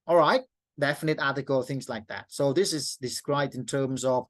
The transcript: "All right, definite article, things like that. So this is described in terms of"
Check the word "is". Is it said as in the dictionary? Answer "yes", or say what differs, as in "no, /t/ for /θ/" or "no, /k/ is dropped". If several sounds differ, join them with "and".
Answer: yes